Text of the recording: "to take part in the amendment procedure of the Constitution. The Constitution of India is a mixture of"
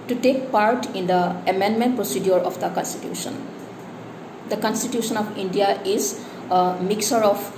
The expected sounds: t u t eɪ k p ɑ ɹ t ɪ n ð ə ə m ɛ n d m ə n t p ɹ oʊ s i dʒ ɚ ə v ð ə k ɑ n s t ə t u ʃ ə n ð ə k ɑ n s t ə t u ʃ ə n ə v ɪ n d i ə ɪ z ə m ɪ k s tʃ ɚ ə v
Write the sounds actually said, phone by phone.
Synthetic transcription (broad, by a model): t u t eɪ k p ɑ ɹ t ɪ n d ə ə m ɛ n d m ə n t p ɹ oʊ s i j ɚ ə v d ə k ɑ n s t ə t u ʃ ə n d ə k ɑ n s t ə t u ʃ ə n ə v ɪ n d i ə ɪ z ə m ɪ k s ɚ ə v